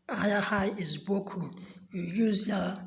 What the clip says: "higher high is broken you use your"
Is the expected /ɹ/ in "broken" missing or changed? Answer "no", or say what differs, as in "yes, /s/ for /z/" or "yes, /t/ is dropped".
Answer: yes, /ɹ/ is dropped